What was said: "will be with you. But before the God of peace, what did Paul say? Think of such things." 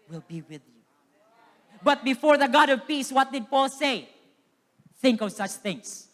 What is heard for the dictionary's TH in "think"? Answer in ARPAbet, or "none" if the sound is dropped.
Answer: TH